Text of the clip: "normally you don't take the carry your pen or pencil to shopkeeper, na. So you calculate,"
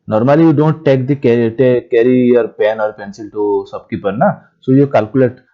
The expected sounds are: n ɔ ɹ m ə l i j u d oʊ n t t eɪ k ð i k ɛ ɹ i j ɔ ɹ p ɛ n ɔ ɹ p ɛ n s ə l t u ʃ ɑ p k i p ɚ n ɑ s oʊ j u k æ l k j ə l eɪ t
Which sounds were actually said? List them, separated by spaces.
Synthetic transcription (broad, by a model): n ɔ ɹ m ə l i j u d oʊ n t t eɪ k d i k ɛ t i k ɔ ɹ p ɛ n ɔ ɹ p ɛ n s ə l t u s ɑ b k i p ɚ n ɑ s oʊ j u k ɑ l k j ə l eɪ t